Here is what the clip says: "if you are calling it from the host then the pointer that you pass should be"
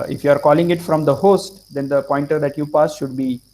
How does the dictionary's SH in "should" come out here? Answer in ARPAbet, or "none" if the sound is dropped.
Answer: SH